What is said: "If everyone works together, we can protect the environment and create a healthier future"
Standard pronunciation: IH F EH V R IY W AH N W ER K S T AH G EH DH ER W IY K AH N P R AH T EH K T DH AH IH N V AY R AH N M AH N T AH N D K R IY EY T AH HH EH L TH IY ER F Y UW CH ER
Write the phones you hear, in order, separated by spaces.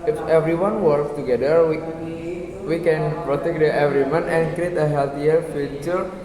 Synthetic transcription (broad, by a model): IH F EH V R IY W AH N W ER K S T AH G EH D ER W IY K AH N P R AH T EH K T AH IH V R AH M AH N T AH N K R IY EY T AH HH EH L T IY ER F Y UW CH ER